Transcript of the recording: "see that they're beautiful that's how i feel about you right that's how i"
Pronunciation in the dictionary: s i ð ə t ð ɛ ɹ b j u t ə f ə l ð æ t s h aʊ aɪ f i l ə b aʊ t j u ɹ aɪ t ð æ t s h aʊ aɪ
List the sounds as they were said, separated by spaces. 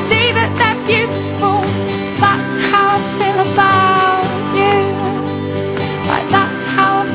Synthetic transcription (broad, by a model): s i ð ə t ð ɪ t b j u t ə f ə l ð æ t s h aʊ aɪ f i l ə b aʊ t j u l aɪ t ð æ t s h aʊ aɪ